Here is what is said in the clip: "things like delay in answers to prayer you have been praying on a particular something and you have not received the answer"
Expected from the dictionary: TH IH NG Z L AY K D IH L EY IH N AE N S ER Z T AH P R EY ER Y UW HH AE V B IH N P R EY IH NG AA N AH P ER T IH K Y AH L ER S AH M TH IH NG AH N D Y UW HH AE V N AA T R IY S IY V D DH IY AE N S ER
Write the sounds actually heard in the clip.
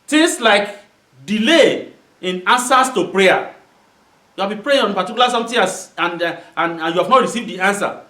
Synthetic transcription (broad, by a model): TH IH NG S L AY K D IH L EY IH N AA N S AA S T AH P R EY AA Y UW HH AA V B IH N P R EY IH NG AA N P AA T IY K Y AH L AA S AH M T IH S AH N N Y UW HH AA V N AA T R IY S IY V D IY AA N S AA